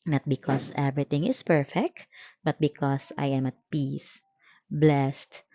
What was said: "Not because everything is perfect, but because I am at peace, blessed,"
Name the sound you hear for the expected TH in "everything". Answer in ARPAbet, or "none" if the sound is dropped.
T